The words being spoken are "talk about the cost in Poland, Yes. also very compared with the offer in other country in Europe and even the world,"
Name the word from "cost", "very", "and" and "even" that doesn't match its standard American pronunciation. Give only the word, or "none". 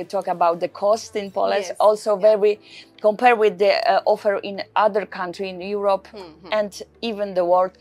very